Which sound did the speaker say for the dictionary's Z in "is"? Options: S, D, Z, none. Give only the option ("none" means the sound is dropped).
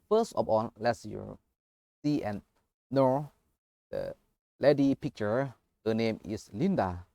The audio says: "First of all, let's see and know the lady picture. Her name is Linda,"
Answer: S